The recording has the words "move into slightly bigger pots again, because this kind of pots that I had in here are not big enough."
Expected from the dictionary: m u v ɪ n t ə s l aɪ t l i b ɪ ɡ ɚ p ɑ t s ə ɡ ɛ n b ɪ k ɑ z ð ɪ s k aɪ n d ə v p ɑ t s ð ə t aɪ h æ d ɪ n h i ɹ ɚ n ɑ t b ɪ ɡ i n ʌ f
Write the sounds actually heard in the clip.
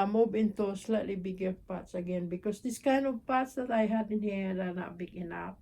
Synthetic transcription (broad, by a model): m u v ɪ n t ə s l aɪ t l i b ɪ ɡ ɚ p ɑ t s ə ɡ ɛ n b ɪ k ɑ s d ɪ s k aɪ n ə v p ɑ t s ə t aɪ h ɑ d ɪ n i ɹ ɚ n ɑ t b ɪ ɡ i n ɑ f